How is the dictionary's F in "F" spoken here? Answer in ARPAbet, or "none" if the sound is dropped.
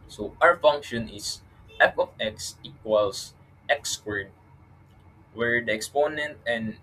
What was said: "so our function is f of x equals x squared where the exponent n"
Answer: P